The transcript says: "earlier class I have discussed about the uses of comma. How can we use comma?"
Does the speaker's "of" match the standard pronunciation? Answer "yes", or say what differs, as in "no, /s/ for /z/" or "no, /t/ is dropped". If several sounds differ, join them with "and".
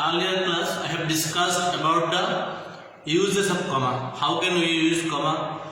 no, /p/ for /v/